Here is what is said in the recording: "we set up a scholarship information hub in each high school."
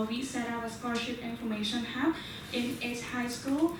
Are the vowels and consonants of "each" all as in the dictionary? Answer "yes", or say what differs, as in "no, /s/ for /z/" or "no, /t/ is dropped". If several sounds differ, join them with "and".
no, /s/ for /tʃ/